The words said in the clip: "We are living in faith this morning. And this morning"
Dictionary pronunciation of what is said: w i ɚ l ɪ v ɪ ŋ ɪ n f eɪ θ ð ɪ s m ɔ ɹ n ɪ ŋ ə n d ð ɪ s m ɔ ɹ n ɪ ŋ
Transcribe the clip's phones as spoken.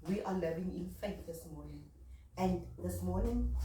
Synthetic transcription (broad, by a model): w i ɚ l ɪ v ɪ ŋ ɪ n f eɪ t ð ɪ s m ɔ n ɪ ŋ ə n d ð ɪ s m ɔ n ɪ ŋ